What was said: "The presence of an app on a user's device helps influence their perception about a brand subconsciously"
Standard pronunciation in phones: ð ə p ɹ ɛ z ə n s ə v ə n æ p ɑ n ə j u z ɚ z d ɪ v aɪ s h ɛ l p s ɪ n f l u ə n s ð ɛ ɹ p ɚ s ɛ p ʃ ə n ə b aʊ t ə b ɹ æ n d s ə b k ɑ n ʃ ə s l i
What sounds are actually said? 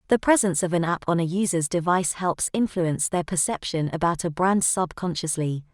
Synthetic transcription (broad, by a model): ð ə p ɹ ɛ z ə n s ə v ə n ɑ p n ə j u z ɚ z d ɪ v aɪ s h ɛ l p s ɪ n f l u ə n s ð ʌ p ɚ s ɛ p ʃ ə n ə b aʊ t ə b ɹ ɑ n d s ə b k ɑ n ʃ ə s l i